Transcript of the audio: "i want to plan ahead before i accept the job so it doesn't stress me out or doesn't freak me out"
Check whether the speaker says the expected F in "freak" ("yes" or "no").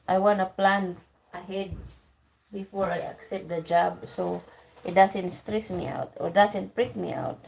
no